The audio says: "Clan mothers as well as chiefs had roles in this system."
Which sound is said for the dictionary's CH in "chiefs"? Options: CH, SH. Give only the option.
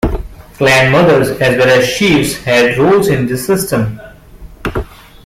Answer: SH